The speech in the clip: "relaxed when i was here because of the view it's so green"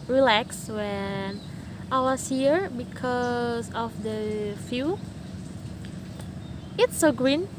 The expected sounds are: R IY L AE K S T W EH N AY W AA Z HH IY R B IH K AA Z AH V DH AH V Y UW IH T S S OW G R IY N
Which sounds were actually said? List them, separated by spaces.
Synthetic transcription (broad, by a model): R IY L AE K S W EH N AY W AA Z HH IY R B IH K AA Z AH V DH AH F Y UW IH T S S OW G R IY N